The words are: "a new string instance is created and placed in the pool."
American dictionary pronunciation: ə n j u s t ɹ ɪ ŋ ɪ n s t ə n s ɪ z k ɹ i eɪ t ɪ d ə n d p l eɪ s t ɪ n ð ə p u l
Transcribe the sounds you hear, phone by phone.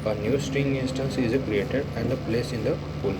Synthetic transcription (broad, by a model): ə n j u s t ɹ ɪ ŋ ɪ n s t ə n s ɪ z k ɹ i eɪ t ɪ d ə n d p l eɪ s ɪ n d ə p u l